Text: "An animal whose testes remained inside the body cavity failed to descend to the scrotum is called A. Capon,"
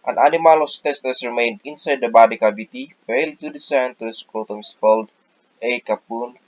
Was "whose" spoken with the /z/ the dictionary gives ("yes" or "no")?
no